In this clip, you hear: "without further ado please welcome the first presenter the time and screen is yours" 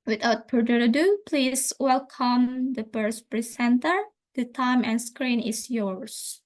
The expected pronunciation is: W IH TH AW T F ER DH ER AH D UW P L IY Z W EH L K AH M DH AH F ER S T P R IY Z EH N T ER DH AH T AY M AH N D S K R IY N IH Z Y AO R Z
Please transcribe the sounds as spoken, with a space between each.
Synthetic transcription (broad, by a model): W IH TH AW T P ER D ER AH D UW P L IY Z W EH L K AH M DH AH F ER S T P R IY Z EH N T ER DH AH T AY M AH N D S K R IY N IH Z Y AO R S